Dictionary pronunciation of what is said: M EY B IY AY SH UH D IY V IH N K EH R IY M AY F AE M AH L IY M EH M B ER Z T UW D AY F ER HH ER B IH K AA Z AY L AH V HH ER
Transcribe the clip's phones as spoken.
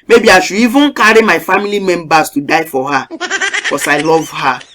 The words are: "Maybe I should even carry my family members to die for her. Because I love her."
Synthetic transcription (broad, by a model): M EY B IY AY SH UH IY V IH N K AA R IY M AY F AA M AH L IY M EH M B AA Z T UW D AY F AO HH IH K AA S AY L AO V HH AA